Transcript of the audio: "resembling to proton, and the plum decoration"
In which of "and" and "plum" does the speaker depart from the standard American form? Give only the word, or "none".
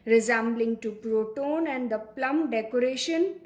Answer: none